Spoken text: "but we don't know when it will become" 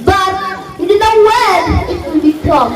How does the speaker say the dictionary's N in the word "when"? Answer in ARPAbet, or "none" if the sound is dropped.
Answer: L